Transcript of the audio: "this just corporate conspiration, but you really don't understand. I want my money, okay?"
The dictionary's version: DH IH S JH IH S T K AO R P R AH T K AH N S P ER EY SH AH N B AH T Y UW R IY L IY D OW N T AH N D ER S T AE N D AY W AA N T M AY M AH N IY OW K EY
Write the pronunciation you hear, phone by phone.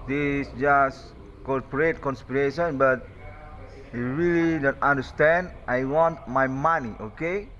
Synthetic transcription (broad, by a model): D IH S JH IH S K AO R P R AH T K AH N S P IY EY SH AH N B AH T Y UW R IY L IY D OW N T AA N D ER S T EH N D AY W AA N T M AY M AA N IY OW K EY